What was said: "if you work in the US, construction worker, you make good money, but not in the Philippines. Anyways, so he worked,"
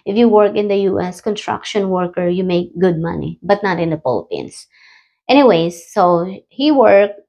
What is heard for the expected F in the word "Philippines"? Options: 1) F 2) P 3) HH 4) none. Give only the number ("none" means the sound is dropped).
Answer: 2